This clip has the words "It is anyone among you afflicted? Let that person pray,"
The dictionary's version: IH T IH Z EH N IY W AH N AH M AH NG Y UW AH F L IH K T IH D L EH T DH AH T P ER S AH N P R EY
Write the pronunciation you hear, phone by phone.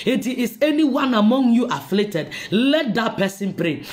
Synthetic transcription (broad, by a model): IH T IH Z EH N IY W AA N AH M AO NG Y UW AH F L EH T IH D L EH T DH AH T P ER S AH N P R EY